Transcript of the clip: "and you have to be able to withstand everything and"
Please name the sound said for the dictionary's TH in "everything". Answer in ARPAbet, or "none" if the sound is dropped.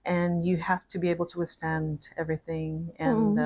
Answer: TH